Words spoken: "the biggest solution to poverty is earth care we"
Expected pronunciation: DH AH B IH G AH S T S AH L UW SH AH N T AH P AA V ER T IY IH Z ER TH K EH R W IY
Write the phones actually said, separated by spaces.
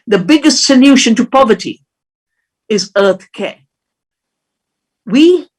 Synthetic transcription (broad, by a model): DH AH B IH G AH S T S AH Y UW SH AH N T AH P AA V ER T IY IH Z ER TH K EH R W IY